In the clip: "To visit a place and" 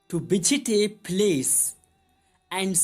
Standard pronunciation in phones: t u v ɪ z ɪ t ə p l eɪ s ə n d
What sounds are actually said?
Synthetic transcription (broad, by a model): t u b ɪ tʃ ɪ t ə p l eɪ s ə n d